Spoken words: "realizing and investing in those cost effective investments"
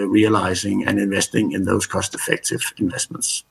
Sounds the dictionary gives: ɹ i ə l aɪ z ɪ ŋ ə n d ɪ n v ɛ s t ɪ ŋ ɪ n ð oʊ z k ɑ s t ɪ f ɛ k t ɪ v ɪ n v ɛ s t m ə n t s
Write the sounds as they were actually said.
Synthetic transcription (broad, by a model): ɹ i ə l aɪ z ɪ ŋ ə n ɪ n v ɛ s t ɪ ŋ ɪ n ð oʊ z k ɑ s t ɪ f ɛ k t ɪ v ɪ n v ɛ s t m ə n t s